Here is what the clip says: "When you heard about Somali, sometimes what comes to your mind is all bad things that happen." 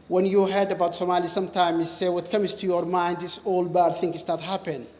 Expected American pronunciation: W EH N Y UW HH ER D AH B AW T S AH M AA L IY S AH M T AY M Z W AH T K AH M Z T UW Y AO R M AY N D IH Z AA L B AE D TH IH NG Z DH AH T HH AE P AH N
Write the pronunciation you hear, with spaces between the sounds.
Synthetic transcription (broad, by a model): W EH N Y UW HH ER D AH B AW T S AH M AA L IY S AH M T AY M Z W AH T K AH M S T UW Y AO R M AY N D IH S AA L B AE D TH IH NG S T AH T HH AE P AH N